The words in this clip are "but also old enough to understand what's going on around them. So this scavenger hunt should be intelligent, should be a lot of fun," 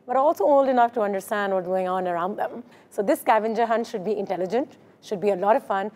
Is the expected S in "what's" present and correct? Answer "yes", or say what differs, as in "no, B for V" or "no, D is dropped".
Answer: no, S is dropped